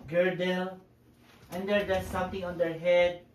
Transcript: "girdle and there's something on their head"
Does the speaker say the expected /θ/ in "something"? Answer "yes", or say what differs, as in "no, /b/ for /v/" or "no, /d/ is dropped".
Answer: no, /t/ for /θ/